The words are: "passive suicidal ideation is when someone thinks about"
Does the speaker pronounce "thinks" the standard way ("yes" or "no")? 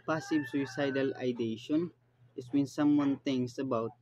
no